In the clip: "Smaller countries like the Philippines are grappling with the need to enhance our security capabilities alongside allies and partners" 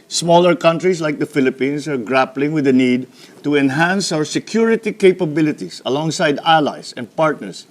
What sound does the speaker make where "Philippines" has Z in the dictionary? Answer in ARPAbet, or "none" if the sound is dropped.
S